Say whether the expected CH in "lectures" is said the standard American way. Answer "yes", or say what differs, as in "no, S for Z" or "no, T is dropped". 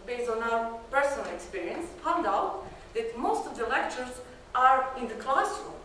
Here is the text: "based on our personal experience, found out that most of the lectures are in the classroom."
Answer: yes